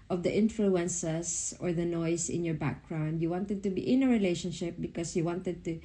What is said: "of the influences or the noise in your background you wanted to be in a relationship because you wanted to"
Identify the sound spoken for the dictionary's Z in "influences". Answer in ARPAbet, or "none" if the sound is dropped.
S